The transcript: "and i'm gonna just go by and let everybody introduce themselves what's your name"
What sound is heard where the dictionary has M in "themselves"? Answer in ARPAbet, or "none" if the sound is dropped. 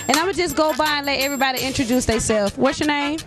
none